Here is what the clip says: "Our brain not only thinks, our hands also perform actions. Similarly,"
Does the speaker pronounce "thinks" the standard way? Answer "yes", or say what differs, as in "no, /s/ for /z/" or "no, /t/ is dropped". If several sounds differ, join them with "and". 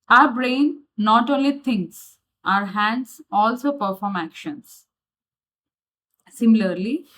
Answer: no, /t/ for /θ/